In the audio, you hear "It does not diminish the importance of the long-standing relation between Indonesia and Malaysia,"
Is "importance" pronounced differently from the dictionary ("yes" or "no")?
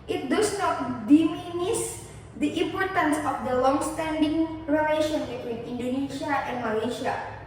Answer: no